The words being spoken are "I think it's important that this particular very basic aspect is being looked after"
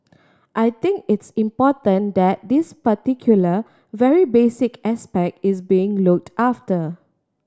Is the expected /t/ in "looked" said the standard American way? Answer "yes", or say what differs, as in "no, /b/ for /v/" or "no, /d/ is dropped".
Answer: yes